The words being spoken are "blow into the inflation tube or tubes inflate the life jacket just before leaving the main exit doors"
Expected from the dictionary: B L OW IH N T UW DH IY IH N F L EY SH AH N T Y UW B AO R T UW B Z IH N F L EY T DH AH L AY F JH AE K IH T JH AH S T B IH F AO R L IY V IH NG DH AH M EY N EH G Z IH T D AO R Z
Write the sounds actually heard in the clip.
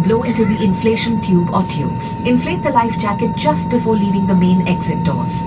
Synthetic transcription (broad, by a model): B L OW IH N T UW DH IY IH N F L EY SH AH N T Y UW B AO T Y UW B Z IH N F L EY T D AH L AY F JH AE K IH T JH AH S T B IH F AO R L IY V IH NG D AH M EY N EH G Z IH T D AO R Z